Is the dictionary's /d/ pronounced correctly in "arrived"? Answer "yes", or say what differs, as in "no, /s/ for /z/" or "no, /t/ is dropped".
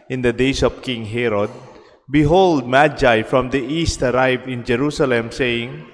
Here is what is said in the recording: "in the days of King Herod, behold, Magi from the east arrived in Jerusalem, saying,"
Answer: no, /d/ is dropped